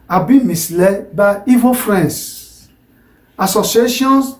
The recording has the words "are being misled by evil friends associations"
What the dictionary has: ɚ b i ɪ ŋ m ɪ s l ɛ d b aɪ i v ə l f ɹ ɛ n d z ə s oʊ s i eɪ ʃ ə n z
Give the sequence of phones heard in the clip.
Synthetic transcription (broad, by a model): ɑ b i m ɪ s l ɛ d b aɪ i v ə f ɹ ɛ n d s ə s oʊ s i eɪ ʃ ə n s